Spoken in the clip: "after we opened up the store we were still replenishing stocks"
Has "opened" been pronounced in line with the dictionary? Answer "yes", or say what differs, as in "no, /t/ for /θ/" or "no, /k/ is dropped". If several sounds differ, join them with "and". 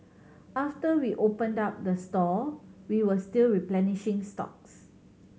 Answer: yes